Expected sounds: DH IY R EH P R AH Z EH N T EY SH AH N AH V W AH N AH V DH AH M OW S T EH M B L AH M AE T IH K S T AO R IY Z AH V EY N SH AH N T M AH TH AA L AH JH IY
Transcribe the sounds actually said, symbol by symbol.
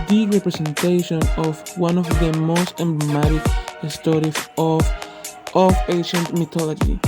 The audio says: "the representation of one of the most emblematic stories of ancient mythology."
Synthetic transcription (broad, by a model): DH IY R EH P R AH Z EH N T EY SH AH N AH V W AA N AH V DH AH M OW S T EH M B L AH M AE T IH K S T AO R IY S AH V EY SH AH N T M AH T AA L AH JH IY